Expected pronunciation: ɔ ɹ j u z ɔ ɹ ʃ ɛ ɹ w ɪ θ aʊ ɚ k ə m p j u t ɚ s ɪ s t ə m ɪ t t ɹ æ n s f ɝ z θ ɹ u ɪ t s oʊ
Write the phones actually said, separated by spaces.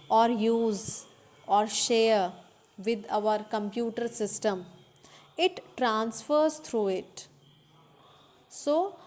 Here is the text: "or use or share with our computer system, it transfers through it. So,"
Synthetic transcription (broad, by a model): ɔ ɹ j u z ɔ ɹ ʃ ɛ ɹ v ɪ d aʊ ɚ k ə m p j u t ɚ s ɪ s t ə m ɪ t t ɹ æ n s f ɝ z t ɹ u ɪ t s oʊ